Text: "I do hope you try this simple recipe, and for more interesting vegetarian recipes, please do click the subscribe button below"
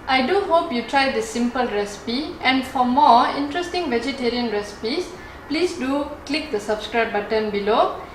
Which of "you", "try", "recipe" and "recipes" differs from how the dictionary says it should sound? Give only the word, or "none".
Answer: recipes